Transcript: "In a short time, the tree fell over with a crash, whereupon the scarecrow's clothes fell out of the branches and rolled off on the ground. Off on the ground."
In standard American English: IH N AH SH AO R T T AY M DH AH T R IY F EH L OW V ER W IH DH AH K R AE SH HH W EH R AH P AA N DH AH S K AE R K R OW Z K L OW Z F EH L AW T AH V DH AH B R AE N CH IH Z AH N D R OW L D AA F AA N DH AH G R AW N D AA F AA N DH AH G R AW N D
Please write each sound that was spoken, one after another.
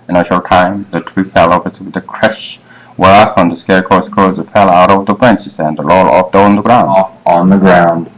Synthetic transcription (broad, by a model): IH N AH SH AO R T T AY M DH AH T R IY F EH L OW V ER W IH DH AH K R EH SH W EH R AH F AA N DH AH S K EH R K OW S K OW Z F EH L AW T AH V DH AH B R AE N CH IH S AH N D L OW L AA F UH N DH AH G R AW AA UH N DH AH G R AW N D